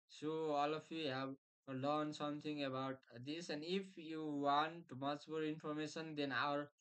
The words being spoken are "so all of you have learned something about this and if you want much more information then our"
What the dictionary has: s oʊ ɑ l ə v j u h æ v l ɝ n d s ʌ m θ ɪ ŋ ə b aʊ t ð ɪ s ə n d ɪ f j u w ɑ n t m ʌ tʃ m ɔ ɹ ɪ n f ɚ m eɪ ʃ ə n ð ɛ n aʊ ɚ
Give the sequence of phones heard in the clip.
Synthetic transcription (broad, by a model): s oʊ ɑ l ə f j u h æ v l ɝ n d s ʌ m t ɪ ŋ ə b aʊ t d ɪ s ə n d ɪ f j u w ɑ n t m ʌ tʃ m ɔ ɹ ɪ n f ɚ m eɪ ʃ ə n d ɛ n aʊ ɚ